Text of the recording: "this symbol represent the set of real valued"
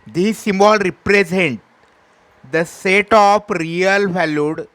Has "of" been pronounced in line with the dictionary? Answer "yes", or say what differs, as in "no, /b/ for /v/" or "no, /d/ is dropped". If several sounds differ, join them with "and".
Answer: no, /p/ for /v/